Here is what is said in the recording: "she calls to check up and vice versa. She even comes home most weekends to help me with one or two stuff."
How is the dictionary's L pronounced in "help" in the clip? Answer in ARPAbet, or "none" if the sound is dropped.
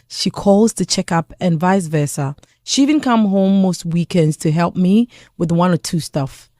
L